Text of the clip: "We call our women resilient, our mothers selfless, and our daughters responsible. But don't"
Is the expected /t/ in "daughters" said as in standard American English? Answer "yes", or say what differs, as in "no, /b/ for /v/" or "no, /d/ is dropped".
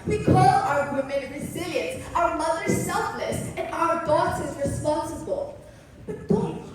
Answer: no, /s/ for /t/